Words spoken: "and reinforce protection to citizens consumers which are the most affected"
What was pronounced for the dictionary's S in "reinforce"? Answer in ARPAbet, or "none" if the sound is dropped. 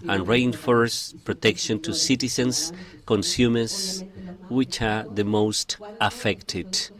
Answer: S